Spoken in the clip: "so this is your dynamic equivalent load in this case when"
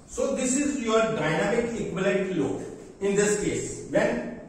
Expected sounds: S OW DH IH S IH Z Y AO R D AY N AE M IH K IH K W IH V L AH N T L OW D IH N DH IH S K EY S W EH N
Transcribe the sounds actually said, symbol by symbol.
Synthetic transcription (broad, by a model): S OW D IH S IH Z Y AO R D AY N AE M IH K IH K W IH L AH T L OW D IH N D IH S K EY S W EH N